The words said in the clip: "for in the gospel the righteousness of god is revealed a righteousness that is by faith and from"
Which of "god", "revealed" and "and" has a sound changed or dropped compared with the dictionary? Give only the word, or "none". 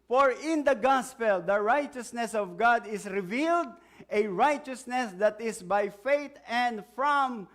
none